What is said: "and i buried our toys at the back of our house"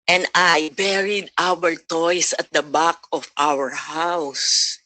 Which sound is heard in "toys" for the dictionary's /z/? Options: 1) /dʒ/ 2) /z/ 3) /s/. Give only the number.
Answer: 3